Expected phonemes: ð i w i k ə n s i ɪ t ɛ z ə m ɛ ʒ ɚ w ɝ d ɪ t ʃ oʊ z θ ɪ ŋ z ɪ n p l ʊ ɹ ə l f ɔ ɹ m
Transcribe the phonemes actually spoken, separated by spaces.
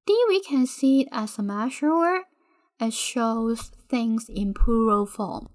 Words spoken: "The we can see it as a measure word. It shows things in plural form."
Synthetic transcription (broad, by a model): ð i w i k ə n s i ɪ t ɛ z ə m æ ʃ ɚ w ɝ ɪ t ʃ oʊ z θ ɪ ŋ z ɪ n p u ɹ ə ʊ f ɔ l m